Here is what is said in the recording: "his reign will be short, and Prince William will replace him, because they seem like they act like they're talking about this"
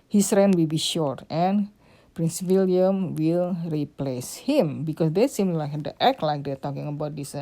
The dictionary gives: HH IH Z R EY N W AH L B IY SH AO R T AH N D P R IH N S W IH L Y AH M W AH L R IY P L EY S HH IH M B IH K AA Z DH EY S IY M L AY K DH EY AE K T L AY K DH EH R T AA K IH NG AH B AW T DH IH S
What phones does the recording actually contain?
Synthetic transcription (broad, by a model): HH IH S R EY N W AH L B IY SH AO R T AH N P R IH N S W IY L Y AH M W AH L R IY P L EY S HH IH M B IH K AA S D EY S IY M L AY K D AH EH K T L AY K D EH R T AA K IH NG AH B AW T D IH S